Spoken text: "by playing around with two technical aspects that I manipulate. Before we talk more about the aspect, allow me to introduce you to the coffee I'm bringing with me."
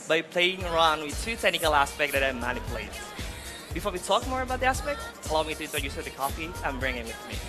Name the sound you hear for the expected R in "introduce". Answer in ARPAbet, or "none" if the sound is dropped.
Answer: none